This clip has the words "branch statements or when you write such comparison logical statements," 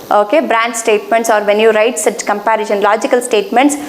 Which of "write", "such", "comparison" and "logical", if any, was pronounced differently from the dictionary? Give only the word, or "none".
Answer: comparison